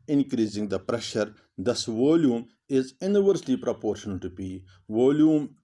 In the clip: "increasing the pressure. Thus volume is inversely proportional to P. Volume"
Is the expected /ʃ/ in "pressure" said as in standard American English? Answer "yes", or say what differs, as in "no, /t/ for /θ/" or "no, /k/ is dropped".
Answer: yes